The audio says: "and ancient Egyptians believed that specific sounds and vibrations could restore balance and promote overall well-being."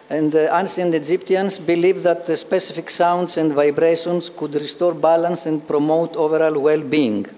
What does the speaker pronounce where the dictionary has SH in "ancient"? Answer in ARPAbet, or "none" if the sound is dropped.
S